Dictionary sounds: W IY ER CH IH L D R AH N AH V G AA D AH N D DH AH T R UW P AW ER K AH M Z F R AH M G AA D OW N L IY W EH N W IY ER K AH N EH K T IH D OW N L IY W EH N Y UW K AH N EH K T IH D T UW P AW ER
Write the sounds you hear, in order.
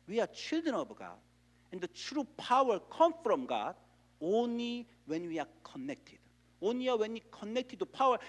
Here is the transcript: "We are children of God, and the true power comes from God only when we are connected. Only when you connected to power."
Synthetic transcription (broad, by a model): W IY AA CH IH L D R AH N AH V G AA D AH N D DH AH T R UW P AW ER K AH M F R AH M G AA D OW N L IY W EH N W IY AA K AH N EH K T IH D OW N L IY W EH N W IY K AH N EH K T IH D T UW P AW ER